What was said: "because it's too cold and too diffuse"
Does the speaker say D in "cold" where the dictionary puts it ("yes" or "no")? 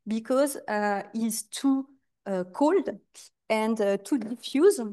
yes